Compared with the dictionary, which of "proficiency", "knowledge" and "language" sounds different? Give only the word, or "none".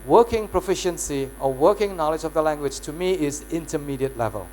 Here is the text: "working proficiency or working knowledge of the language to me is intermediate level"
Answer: none